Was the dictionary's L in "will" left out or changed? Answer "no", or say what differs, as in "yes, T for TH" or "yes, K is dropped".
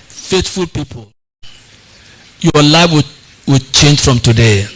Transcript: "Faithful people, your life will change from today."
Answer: yes, W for L